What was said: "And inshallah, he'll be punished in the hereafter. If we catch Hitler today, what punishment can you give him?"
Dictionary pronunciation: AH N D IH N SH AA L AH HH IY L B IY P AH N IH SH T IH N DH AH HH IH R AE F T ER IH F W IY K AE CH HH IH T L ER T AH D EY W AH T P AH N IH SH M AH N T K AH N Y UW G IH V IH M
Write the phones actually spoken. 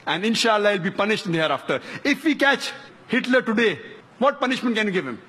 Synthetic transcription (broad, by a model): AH N D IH N SH AA L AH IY L B IY P AH N IH SH T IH N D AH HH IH R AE F T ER IH F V IY K AE CH HH IH T L ER T AH D EY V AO T P AH N IH SH M AH N T K AH N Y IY G IH V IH M